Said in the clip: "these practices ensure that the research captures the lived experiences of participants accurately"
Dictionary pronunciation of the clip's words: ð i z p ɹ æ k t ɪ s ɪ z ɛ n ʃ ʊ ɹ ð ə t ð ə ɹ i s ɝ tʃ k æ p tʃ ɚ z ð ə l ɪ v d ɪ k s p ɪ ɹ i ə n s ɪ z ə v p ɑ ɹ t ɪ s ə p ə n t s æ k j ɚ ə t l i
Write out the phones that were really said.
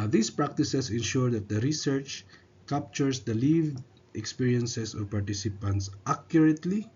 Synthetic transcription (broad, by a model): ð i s p ɹ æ k t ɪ s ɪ s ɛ n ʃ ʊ ɹ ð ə t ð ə ɹ i s ɝ tʃ k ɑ p tʃ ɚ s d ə l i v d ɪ k s p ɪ ɹ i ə n s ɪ s ə v p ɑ ɹ t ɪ s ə p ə n t s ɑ k j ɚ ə t l i